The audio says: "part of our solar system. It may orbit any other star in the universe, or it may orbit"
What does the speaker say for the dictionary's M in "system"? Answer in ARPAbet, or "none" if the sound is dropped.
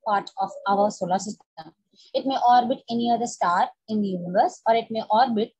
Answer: none